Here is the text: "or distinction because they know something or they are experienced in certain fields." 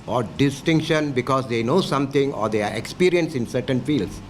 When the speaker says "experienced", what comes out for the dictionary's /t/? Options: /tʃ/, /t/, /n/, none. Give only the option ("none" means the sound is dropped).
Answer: none